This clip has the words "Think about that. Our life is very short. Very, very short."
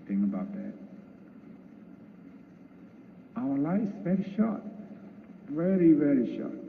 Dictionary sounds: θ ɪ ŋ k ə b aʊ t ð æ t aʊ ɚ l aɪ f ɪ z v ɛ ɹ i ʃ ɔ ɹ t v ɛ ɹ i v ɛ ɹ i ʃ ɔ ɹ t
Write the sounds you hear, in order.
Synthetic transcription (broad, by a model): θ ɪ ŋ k ə b aʊ t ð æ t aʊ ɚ l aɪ ɪ s v ɛ ɹ i ʃ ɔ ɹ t v ɛ ɹ i v ɛ ɹ i ʃ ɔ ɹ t